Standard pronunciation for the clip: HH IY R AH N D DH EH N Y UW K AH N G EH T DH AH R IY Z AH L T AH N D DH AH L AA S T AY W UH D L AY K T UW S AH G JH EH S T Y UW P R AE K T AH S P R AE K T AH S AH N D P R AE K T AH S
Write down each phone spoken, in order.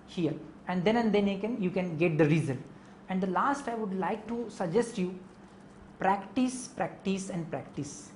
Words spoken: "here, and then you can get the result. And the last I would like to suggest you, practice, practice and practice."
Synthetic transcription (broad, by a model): HH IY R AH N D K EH N Y UW K AH N G EH T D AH R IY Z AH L AH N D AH L AA S T AY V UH D L AY K T UW S AH G JH EH S T Y UW P R AE K T AH S P R AE K T AH S AH N D P R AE K T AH S